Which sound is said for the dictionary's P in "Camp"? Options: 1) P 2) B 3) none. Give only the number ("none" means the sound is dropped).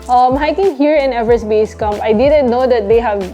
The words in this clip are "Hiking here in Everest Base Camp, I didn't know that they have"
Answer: 3